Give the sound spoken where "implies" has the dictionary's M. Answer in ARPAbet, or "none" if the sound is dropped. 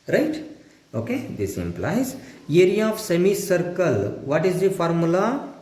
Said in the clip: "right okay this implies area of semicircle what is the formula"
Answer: M